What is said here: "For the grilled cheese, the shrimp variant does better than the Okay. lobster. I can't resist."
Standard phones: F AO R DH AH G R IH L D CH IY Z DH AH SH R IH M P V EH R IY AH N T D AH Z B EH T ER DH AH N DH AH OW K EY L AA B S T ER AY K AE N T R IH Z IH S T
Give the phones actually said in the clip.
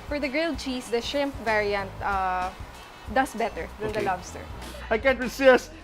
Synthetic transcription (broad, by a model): F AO R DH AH G R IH L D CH IY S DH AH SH IH M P V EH R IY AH N T D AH S B EH T ER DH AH N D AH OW L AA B S T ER AY K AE N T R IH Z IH S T